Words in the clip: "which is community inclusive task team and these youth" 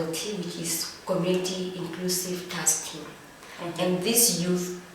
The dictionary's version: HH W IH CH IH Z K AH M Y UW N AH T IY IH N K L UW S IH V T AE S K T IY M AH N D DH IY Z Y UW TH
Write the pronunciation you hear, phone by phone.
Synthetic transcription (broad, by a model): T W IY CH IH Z K AH M Y UW N AH T IY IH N K L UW S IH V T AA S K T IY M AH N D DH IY S Y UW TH